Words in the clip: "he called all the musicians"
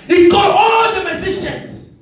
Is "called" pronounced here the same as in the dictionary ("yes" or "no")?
no